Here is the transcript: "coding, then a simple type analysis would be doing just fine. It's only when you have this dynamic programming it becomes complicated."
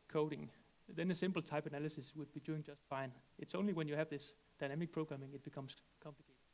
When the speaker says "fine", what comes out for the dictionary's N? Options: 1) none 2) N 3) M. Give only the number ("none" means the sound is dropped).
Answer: 2